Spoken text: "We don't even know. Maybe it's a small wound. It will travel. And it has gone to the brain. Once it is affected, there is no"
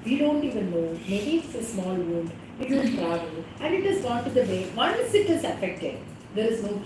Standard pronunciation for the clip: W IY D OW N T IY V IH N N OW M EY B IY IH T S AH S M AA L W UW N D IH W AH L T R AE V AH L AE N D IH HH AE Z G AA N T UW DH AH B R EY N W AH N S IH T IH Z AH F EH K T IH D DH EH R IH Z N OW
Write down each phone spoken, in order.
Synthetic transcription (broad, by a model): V IY D OW N T IY V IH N N OW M EY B IY IH T S AH S M AA L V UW N D IH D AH N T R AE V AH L AE N D IH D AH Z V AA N T UW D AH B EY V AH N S IH T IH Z AH F EH K T IH D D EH R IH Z N OW